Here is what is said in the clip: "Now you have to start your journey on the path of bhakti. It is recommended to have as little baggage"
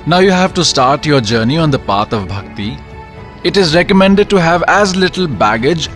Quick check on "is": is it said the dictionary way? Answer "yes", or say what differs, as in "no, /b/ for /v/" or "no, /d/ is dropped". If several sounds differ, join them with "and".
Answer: yes